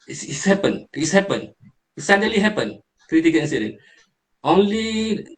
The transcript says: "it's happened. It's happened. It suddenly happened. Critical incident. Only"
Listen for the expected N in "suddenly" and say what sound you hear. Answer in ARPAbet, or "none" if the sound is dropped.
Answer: none